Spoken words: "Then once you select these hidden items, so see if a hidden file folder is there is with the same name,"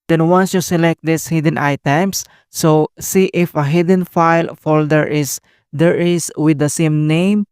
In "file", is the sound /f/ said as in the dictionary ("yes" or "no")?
yes